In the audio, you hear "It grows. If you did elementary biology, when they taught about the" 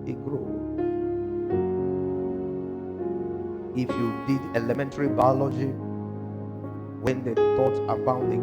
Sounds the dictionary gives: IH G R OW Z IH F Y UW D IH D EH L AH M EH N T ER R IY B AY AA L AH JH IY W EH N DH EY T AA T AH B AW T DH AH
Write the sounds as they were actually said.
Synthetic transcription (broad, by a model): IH G R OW IH F Y UW D IH D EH L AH M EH N T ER R IY B AY AA L AH JH IY W EH N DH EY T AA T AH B AW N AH